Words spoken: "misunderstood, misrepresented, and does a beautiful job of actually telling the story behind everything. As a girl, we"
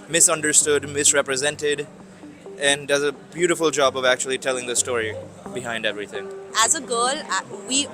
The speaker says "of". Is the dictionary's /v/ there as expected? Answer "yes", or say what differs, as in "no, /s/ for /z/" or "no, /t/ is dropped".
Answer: yes